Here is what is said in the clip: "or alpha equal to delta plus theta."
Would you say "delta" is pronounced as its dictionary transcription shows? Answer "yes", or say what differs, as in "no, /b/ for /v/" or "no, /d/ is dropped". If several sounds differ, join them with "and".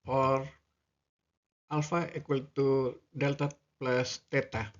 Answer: yes